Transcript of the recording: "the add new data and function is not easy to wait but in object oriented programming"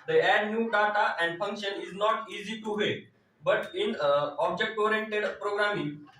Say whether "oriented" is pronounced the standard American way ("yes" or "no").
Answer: yes